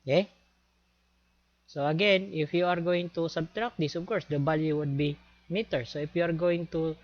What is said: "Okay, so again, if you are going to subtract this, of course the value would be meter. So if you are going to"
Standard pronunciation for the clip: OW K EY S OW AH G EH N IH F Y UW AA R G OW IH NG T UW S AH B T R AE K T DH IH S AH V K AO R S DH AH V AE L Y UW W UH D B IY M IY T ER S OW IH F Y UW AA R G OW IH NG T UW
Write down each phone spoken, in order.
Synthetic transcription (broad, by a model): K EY S OW AH G EH N IH F Y UW AA R G OW IH NG T UW S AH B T R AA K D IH S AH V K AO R S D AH B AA L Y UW W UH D B IY M IY T ER S OW IH F Y UW AA R G OW IH NG T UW